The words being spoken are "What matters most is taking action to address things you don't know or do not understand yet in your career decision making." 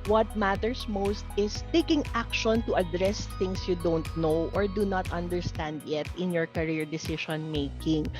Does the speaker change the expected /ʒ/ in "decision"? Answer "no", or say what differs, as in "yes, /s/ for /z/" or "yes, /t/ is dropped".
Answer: yes, /ʃ/ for /ʒ/